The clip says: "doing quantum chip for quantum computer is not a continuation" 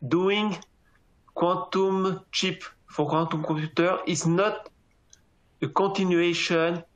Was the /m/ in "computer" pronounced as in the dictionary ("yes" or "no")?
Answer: no